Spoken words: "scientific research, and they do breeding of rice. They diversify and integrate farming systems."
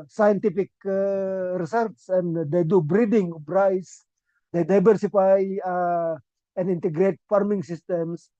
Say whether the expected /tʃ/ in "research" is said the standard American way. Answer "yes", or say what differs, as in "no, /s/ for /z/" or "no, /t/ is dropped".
no, /s/ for /tʃ/